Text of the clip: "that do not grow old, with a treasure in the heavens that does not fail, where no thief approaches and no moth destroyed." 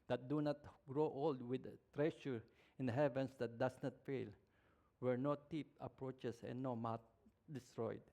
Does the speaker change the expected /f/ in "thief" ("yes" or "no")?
yes